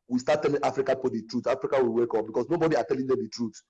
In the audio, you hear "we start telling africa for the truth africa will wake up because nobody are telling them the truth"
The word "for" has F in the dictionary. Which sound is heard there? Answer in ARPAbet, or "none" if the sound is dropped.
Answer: P